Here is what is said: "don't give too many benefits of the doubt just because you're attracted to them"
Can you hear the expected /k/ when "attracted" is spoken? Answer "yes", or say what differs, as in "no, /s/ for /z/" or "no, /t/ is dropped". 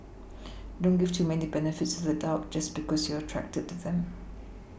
yes